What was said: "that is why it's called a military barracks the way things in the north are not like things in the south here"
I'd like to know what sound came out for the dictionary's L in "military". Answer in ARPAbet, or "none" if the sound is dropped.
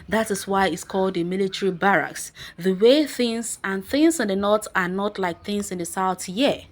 L